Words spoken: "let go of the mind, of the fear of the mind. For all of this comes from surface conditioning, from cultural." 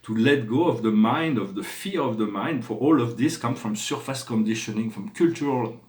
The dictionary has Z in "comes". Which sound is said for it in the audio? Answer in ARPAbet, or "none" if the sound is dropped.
none